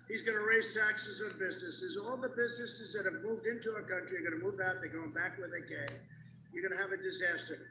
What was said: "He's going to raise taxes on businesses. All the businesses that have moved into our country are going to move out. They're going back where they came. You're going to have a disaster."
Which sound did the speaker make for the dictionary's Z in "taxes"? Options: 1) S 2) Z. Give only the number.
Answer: 2